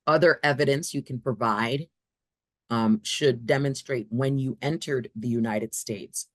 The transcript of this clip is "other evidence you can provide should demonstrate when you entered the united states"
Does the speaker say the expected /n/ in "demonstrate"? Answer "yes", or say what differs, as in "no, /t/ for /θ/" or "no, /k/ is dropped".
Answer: yes